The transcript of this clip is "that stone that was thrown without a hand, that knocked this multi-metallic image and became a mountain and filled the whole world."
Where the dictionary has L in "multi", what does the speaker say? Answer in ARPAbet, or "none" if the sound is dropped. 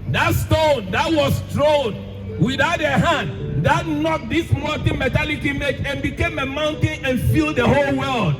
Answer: none